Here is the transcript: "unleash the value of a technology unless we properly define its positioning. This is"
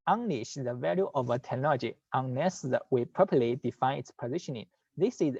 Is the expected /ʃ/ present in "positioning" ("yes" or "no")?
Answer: yes